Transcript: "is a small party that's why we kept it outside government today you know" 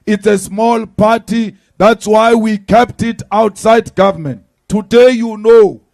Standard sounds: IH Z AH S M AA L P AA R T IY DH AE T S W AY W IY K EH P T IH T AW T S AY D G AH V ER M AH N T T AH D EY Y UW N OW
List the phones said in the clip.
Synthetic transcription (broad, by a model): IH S AH S M AA L P AA T IY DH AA T S W AY W IY K EH P T IH T AW T S AY D G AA V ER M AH N T T AH D EY Y UW N OW